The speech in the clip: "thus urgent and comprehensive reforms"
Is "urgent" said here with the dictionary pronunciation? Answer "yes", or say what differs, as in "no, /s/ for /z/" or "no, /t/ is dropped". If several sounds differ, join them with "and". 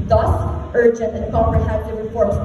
yes